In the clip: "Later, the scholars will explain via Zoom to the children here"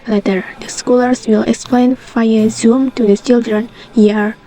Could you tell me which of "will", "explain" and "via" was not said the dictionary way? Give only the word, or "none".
via